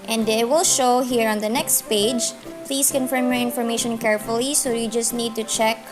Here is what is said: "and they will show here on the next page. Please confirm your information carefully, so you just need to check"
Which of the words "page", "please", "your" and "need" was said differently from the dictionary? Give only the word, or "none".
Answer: please